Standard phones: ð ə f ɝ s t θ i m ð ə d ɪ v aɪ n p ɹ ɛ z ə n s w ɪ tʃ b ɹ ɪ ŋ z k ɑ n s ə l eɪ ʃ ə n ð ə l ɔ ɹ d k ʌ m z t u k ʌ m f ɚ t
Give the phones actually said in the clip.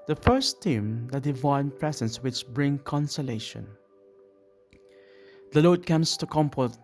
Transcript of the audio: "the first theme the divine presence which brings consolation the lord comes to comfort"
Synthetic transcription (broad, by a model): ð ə f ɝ s t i m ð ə d ɪ v aɪ n p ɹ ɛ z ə n s w ɪ tʃ b ɹ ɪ ŋ k ɑ n s ə l eɪ ʃ ə n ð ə l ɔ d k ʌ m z t u k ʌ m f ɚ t